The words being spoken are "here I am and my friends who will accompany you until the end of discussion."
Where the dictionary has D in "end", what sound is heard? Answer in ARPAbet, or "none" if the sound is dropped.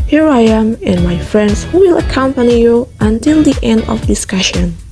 D